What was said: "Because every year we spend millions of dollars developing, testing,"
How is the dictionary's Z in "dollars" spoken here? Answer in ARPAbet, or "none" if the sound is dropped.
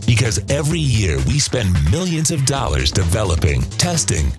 Z